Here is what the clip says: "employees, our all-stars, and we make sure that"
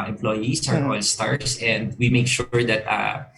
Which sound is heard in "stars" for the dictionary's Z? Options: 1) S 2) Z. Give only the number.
1